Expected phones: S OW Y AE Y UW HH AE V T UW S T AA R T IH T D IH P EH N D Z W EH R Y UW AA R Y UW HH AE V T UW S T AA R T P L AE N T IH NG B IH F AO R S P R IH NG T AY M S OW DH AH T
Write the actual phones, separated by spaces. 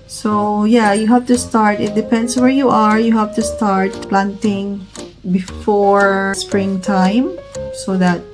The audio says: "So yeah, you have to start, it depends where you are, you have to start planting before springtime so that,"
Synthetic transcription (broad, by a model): S OW Y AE Y UW HH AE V T UW S T AA R T IH T D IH P EH N D S W EH R Y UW AA R Y UW HH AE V T UW S T AA R T P L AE N T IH NG B IH F AO R S P R IH NG T AY M S OW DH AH T